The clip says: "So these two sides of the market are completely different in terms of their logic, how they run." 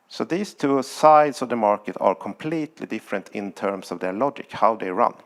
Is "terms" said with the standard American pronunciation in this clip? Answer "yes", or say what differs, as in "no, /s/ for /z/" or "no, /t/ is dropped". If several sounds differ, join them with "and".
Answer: no, /s/ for /z/